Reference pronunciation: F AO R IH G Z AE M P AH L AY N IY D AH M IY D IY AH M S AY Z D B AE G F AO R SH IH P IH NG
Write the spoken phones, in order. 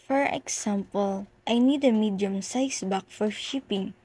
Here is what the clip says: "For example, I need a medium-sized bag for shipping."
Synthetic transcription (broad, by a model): F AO R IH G S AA M P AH L AY N IY D AH M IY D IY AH M S AY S B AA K F AO R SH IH P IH NG